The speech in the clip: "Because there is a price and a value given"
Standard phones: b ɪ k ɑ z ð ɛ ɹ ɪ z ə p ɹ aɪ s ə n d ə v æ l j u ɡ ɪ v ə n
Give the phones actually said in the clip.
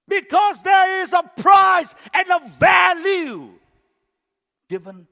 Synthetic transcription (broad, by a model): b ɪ k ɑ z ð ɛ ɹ ɪ z ə p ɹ aɪ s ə n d ə v æ l j u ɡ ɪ v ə n